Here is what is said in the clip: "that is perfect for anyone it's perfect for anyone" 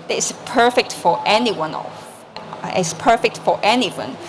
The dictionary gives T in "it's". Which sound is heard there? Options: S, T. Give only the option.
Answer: S